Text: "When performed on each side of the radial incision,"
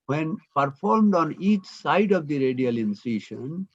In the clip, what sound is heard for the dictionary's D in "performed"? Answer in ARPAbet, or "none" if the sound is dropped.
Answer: D